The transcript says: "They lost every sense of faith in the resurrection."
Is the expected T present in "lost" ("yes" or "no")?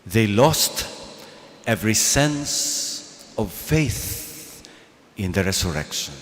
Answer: yes